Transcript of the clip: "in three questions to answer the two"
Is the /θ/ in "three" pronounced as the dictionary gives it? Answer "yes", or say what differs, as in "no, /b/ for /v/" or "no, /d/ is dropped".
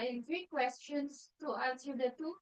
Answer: no, /f/ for /θ/